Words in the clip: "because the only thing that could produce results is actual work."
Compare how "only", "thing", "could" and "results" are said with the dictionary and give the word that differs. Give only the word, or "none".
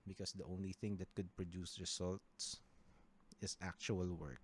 results